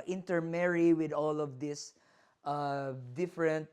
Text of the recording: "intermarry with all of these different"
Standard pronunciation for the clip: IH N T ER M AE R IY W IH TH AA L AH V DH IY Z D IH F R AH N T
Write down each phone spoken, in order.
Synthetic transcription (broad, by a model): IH N T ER M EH R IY W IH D AA L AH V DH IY S D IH F R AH N T